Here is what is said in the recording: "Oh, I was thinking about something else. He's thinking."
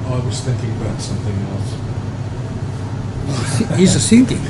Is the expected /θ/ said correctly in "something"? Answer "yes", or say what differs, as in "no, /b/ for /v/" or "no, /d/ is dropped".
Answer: yes